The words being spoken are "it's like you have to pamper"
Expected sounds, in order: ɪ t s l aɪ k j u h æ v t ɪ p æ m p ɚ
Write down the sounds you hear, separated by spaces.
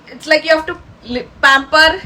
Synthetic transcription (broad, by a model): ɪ t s l aɪ k j u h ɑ f t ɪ p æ m p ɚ